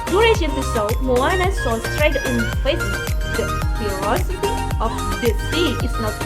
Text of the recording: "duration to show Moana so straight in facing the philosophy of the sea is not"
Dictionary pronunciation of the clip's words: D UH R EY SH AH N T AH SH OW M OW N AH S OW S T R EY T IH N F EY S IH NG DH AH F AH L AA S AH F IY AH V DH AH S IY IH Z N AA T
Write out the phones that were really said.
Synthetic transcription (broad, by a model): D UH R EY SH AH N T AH S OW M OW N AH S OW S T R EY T IH N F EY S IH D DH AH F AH AA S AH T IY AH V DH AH S IY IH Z N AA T